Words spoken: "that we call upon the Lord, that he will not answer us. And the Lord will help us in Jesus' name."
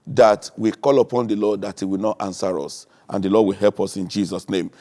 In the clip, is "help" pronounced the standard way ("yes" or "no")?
yes